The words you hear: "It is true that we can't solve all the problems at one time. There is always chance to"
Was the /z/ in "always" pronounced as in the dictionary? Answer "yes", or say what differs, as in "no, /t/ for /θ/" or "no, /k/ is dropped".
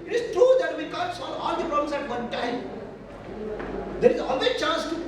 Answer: no, /z/ is dropped